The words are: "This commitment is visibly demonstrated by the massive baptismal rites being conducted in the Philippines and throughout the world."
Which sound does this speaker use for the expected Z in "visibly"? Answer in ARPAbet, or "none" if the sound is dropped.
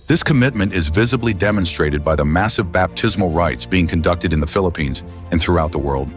Z